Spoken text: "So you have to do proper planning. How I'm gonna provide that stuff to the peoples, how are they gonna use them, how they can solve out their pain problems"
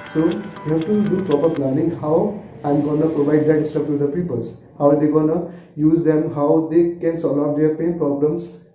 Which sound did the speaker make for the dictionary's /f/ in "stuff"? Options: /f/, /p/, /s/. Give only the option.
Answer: /p/